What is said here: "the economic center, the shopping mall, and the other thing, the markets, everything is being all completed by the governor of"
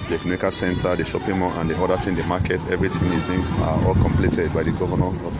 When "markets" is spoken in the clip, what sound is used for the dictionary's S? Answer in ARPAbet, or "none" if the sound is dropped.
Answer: none